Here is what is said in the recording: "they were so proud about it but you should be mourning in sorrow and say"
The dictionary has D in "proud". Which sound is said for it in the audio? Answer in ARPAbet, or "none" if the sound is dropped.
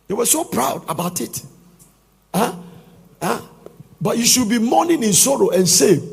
D